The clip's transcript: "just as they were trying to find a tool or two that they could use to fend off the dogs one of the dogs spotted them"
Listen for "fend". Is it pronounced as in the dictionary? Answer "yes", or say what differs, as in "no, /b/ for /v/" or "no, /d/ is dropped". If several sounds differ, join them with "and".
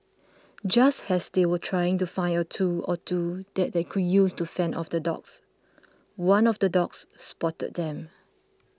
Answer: no, /d/ is dropped